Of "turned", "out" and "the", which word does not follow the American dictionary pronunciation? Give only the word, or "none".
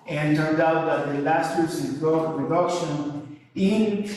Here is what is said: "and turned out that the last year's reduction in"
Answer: none